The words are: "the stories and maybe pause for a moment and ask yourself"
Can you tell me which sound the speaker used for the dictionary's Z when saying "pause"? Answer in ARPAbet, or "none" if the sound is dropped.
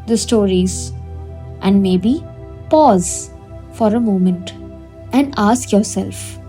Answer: Z